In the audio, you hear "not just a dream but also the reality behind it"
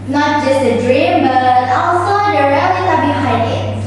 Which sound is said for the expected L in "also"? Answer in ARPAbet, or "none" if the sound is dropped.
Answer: none